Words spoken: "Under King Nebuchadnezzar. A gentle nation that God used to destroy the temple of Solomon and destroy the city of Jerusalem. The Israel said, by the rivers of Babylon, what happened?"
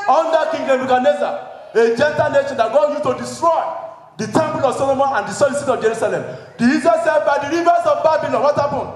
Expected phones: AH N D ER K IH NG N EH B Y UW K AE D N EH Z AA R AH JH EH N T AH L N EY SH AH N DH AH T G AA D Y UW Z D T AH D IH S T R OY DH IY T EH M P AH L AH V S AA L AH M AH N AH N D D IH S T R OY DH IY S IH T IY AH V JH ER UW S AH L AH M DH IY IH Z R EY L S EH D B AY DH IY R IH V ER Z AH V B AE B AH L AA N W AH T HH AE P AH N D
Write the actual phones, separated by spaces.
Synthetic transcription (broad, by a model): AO N D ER K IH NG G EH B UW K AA N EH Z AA AH JH EH N T AH L N EY SH AH N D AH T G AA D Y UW T AH D IH S T R OY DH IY T EH M P AH L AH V S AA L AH M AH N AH N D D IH S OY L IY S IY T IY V JH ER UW S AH L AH M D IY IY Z EY S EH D B AY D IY R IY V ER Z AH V B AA B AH L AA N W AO T HH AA P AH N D